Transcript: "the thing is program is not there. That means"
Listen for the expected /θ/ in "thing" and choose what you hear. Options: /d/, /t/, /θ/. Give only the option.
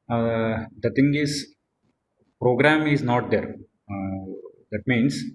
/t/